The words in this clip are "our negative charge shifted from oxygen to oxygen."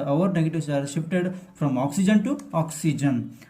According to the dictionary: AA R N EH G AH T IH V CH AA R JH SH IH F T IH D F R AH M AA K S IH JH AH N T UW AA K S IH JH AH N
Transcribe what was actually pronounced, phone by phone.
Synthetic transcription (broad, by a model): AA R N EH G AH T IH V S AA R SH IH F T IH D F R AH M AA K S IH JH AH N T UW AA K S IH JH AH N